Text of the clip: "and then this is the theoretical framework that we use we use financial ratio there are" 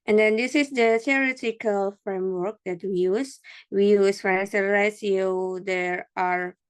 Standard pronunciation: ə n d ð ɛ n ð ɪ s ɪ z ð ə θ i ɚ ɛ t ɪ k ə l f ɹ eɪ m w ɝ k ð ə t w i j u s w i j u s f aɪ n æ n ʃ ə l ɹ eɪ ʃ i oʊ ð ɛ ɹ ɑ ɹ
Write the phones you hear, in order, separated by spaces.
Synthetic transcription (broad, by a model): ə n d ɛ n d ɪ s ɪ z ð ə t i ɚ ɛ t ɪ k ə l f ɹ eɪ m w ɝ k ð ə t w i j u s w i j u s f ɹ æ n s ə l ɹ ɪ s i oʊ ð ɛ ɹ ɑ ɹ